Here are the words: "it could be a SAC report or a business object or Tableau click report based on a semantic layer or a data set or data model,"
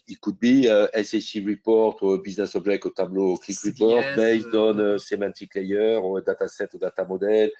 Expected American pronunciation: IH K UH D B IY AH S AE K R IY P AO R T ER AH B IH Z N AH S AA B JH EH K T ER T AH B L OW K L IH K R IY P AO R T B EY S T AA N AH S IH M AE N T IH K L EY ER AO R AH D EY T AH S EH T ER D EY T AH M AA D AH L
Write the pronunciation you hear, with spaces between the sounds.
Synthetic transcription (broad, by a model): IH K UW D B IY AH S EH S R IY P AO R T AH B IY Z N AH S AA B ZH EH K AO T AH B L OW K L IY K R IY P AO R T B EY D AA N AH S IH M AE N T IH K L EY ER R AH D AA T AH S EH T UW D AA T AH M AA D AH L